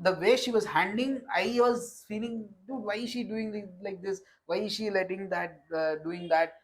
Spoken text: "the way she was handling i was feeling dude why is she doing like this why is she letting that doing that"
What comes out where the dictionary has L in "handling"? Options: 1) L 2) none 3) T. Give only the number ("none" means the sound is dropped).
2